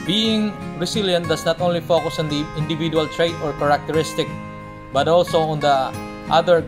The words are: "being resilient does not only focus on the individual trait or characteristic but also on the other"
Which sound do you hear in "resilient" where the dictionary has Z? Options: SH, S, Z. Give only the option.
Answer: S